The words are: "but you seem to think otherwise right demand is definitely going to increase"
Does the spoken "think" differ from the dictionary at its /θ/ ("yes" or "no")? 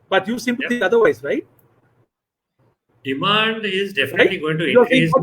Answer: yes